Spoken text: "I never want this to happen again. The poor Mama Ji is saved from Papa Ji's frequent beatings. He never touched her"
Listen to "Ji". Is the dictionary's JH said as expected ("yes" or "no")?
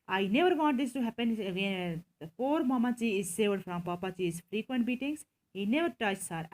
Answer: no